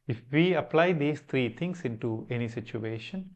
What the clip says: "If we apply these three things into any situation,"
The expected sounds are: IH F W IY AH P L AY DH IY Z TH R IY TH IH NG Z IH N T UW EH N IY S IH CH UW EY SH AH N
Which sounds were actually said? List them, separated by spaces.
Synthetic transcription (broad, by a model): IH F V IY AH P L AY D IY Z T R IY T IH NG S IH N T UW EH N IY S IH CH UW EY SH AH N